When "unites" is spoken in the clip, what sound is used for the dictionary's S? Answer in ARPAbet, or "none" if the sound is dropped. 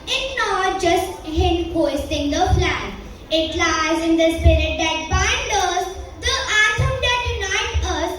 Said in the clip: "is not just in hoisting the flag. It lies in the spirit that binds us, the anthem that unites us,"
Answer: none